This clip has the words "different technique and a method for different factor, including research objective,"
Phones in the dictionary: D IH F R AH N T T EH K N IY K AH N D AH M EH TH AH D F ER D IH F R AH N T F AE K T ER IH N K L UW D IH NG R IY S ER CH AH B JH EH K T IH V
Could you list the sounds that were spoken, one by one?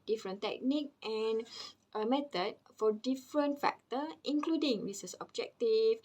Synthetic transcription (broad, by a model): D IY F R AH N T T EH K N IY K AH N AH M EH T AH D F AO D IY F R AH N T F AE K T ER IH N K L UW D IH NG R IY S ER S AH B JH EH K T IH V